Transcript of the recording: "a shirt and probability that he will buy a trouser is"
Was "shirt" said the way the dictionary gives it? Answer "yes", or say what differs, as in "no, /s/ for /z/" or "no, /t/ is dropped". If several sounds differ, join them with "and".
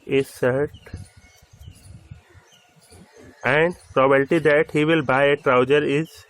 no, /s/ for /ʃ/